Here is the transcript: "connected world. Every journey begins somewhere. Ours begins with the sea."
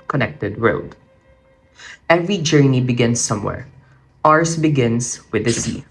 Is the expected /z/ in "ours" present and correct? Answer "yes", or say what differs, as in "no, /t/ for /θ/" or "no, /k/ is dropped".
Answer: no, /s/ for /z/